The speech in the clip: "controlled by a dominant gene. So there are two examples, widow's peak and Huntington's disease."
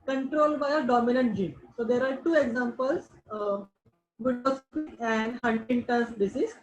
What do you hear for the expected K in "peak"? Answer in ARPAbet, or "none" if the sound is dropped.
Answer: none